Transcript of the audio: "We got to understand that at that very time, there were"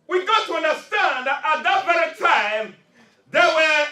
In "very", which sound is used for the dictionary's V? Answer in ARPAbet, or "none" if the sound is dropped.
B